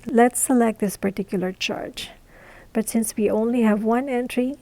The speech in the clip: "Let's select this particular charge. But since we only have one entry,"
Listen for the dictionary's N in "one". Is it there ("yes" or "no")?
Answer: yes